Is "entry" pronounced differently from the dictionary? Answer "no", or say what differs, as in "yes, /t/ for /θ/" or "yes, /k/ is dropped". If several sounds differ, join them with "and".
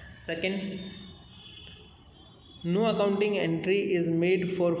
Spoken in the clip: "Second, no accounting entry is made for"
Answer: no